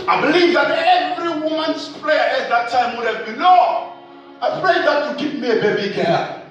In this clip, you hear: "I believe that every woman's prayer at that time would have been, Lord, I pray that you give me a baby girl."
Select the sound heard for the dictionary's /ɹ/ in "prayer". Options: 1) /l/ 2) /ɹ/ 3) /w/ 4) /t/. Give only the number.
1